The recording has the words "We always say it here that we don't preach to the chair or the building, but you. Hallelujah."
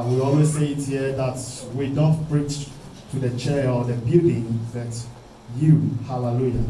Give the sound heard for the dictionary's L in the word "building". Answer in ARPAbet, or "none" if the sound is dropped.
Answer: none